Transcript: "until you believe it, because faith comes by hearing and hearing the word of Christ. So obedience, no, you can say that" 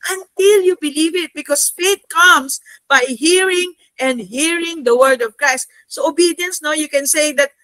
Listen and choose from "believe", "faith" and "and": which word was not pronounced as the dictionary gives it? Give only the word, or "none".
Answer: faith